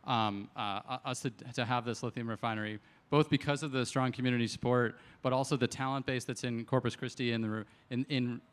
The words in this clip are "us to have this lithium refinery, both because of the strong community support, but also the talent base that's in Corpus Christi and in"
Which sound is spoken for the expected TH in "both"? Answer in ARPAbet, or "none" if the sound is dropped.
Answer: TH